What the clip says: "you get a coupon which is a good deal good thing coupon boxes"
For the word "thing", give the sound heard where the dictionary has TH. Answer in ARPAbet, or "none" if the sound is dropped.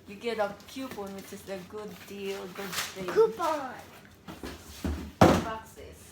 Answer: T